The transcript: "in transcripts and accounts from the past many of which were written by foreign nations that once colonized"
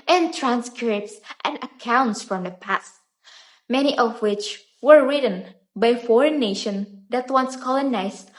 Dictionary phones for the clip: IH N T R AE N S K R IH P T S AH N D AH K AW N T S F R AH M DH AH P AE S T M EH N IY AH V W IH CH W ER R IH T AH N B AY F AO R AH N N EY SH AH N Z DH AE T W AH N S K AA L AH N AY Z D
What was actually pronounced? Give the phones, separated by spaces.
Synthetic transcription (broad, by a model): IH N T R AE N S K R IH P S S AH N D AH K AW N T S F R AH M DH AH P AE S T M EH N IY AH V W IH CH W ER R IH T AH N B AY F AO R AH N N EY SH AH N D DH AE T W AH N S K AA L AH N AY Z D